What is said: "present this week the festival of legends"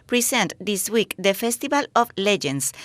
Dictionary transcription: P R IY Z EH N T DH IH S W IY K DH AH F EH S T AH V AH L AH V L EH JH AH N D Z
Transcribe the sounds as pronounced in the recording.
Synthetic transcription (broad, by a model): P R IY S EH N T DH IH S W IY K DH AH F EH S T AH B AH L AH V L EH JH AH N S